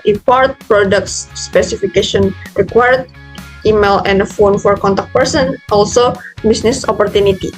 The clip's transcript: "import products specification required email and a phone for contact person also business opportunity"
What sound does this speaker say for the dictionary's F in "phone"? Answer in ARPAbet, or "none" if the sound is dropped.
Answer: F